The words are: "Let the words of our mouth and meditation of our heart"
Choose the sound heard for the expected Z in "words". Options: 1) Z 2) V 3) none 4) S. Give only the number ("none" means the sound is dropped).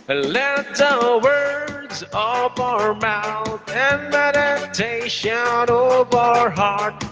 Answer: 1